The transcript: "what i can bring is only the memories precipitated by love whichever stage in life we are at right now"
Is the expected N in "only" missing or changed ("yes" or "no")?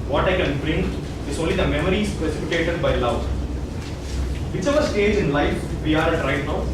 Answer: no